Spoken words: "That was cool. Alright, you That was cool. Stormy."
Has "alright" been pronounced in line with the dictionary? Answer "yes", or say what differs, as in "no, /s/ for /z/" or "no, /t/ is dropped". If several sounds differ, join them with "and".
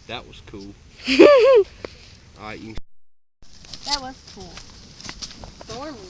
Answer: no, /ɹ/ is dropped